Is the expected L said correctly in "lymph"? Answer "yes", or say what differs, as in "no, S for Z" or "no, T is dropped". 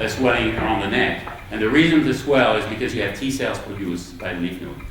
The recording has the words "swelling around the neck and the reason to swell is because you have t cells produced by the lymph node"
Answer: no, N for L